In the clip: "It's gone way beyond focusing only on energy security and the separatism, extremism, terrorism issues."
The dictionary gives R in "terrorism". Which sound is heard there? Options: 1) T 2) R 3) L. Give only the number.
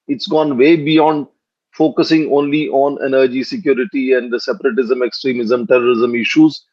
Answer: 2